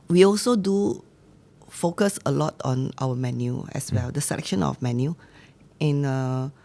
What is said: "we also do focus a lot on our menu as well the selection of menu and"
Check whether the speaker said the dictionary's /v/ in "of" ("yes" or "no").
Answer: no